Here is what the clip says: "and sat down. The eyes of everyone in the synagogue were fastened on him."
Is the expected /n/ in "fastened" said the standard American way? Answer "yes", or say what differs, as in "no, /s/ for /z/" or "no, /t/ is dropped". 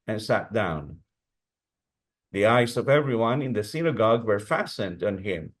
yes